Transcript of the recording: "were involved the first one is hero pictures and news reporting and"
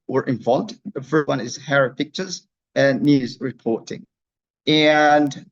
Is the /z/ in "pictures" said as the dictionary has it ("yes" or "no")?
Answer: yes